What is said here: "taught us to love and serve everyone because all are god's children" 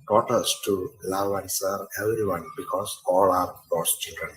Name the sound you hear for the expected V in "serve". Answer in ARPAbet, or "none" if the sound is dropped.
none